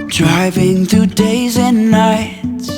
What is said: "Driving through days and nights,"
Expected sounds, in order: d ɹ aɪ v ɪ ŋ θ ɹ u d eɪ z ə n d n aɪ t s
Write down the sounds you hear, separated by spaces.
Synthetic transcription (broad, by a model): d ɹ aɪ v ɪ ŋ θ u d eɪ z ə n n aɪ t s